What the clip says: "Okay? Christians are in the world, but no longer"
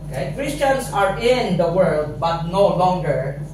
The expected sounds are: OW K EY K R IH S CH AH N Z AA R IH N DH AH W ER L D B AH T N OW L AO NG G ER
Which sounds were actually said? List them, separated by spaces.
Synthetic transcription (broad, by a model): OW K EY K R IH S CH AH N S AA R IH N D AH W ER L D B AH T N OW L AO NG G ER